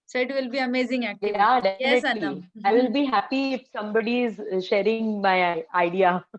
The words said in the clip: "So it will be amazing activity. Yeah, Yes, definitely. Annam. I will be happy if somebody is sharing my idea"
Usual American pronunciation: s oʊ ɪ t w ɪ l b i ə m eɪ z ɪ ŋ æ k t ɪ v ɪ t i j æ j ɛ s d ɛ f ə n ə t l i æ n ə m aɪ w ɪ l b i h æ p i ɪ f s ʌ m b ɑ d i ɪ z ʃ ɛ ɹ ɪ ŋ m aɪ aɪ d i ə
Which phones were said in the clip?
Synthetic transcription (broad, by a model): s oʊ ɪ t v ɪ l b i ə m eɪ z ɪ ŋ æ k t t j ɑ d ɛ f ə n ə s l i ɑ ə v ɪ l b i h æ p i ɪ f s ʌ m b ɑ d i ɪ z ʃ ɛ ɹ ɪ ŋ m aɪ aɪ d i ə